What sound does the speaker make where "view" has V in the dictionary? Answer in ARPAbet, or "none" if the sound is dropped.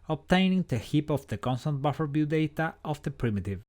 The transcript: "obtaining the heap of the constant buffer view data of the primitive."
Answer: B